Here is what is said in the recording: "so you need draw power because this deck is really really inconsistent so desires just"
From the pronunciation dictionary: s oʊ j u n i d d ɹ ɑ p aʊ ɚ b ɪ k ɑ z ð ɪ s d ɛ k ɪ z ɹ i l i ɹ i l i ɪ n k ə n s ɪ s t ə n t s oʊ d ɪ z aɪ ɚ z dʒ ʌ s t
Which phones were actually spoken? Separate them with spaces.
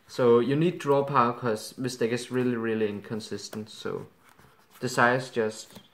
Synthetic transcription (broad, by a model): s oʊ j u n i d d ɹ ɑ p aʊ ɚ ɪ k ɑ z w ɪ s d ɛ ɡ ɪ s ɹ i l i ɹ i l i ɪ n k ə n s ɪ s t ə n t s oʊ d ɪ s aɪ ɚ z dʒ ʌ s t